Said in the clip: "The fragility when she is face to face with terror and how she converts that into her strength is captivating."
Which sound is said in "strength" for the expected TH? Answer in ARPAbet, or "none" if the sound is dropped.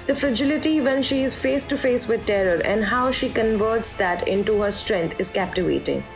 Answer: T